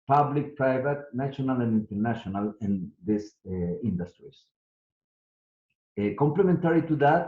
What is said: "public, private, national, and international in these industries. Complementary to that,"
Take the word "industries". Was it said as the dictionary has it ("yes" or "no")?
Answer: no